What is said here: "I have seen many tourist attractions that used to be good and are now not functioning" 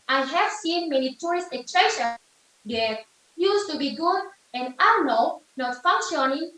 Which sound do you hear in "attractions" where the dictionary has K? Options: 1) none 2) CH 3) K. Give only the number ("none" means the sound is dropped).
1